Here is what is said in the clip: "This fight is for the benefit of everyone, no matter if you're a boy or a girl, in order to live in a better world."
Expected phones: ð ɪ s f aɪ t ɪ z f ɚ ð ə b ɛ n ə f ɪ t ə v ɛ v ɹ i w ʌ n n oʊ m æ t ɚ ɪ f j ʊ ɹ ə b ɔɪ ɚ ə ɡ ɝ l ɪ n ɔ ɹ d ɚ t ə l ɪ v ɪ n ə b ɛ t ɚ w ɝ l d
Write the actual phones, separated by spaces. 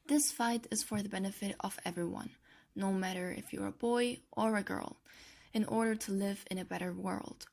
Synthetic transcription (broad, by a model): ð ɪ s f aɪ t ɪ z f ɚ ð ə b ɛ n ə f ɪ t ə v ɛ v ɹ i w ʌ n n oʊ m æ t ɚ ɪ f j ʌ ɹ ə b ɔɪ ɚ ə ɡ ɝ l ɪ n ɔ ɹ d ɚ t ə l ɪ v ɪ n ə b ɛ t ɚ w ɝ l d